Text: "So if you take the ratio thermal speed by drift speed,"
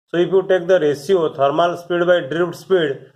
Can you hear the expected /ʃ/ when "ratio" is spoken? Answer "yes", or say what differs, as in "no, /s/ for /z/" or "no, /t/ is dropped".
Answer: no, /s/ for /ʃ/